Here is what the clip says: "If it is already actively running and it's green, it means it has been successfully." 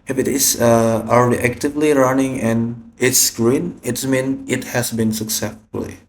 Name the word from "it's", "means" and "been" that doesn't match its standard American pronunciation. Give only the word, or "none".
means